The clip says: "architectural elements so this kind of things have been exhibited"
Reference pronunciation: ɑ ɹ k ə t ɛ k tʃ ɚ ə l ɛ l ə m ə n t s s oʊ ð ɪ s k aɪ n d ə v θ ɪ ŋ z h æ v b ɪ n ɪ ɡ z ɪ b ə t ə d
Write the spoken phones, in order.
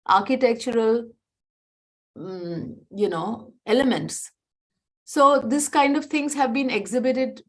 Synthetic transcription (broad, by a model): ɑ ɹ k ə t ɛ k tʃ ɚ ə l ɛ l ə m ə n t s s oʊ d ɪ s k aɪ n d ə v t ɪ ŋ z h æ v b ɪ n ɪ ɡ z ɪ b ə t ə d